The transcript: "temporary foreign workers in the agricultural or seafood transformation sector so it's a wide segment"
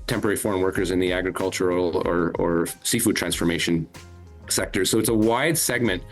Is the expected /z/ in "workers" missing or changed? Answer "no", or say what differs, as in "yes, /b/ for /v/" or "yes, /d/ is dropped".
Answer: no